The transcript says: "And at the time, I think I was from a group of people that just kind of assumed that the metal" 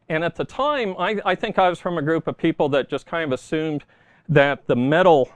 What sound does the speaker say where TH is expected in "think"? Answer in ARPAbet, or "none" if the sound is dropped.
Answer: TH